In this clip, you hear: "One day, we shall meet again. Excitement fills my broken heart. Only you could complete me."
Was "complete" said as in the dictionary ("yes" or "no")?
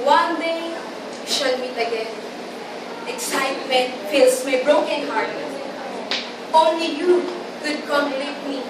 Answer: no